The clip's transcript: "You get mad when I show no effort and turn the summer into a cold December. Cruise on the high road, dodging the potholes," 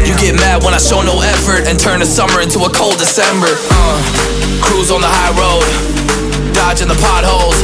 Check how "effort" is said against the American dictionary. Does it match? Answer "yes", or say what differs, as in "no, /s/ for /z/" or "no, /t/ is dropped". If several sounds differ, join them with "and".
yes